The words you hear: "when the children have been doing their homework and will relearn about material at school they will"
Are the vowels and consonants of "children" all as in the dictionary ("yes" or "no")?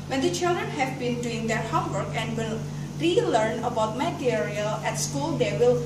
yes